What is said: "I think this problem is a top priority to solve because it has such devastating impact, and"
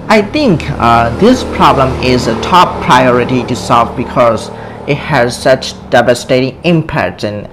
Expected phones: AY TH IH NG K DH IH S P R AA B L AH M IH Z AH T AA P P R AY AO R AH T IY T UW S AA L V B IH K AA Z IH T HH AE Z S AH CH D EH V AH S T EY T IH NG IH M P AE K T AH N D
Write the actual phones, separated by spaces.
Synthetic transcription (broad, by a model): AY T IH NG K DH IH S P R AA B L AH M IH Z AH T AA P P R AY AO R AH T IY T UW S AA L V B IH K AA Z IH T HH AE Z S AH CH D EH V AH S T EY T IH NG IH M P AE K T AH N